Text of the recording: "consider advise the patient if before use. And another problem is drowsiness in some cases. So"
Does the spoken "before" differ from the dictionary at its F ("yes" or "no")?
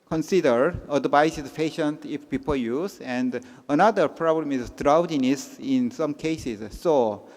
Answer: yes